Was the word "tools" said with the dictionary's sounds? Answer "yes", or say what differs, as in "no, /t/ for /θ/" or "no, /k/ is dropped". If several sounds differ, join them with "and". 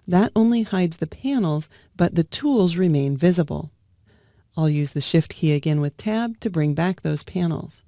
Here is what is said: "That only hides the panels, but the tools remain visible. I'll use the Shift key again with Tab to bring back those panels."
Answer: yes